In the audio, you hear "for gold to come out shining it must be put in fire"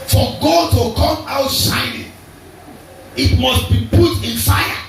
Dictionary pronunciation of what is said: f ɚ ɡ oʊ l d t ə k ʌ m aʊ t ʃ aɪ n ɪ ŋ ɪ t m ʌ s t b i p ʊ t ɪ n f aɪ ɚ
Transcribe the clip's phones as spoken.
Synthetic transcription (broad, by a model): f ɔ ɡ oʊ d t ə k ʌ m aʊ t s aɪ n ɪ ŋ ɪ t m ʌ s t b i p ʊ t ɪ n f aɪ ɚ